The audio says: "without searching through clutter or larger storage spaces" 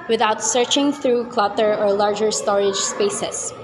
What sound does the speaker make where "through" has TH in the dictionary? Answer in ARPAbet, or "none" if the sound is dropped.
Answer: TH